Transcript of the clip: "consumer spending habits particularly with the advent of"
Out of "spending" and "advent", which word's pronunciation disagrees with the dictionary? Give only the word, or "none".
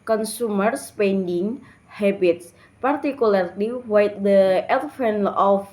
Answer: advent